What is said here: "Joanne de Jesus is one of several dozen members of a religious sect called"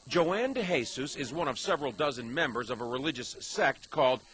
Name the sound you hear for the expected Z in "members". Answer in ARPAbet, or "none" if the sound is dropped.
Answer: Z